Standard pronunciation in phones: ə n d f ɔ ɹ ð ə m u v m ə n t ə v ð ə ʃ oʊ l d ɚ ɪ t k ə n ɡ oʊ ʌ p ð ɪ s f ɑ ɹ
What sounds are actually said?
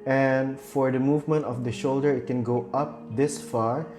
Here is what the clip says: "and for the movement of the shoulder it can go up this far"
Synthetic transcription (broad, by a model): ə n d f ɔ ɹ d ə m u v m ə n t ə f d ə ʃ oʊ l d ɚ ɪ t k ə n ɡ oʊ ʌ p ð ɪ s f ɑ ɹ